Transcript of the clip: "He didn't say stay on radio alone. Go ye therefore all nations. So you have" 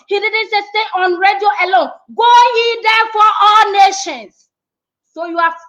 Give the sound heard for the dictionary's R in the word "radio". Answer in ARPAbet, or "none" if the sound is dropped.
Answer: R